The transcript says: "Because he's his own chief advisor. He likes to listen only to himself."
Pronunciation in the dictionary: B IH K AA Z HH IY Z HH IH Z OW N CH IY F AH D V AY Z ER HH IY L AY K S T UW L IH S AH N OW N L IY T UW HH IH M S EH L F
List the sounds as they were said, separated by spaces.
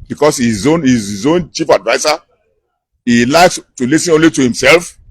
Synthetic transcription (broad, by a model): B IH K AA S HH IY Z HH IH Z OW N CH IY F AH D V AY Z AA HH IY L AY K S T UW L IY S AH N OW N L IY T UW HH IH M S EH L F